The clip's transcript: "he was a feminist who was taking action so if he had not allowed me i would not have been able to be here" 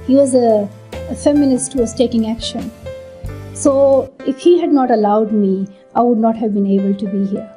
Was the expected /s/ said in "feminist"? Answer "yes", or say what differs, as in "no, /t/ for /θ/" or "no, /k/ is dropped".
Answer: yes